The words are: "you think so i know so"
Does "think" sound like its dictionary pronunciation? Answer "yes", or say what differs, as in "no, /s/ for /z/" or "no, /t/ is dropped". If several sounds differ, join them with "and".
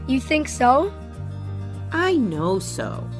yes